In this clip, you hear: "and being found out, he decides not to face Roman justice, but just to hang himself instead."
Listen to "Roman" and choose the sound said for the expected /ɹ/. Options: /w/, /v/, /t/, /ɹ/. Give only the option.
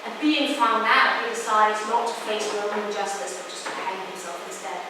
/w/